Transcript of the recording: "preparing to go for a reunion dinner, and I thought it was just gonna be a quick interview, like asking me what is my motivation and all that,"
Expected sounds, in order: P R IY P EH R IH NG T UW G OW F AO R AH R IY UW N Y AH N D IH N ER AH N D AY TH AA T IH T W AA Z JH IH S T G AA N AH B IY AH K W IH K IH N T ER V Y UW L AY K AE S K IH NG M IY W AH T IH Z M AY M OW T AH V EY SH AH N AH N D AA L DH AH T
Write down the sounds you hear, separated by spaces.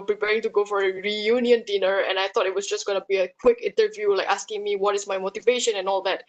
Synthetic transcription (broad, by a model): P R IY P EH R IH NG T UW G OW F AO R AH R IY UW N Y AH N D IH N ER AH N AY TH AA T IH T W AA S JH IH S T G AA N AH B IY AH K W IH K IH N T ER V Y UW L AY K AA S K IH NG M IY W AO T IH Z M AY M OW T AH V EY SH AH N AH N AA L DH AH T